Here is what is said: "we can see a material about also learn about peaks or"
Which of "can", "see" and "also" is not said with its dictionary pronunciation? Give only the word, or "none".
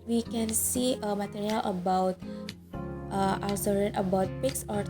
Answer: also